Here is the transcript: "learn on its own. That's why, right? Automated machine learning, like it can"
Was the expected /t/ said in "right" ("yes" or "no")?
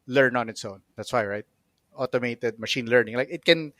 yes